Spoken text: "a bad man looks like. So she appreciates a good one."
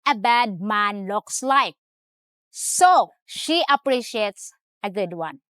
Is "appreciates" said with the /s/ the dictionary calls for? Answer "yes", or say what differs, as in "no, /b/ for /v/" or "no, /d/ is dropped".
yes